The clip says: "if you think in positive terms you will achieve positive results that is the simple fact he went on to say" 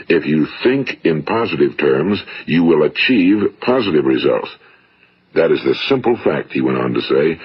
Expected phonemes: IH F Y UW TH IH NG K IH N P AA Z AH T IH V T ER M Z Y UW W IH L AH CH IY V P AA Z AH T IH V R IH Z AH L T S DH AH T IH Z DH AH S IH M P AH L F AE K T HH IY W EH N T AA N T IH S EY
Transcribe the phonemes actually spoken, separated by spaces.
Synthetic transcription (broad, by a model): IH F Y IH TH IH NG K IH N P AA Z AH T IH V T ER M Z Y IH W IH L AH CH IY V P AA Z AH T IH V R IH Z AH L T S DH AH T IH Z DH AH S IH M P L F AE K T HH IY W EH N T N T IH S EY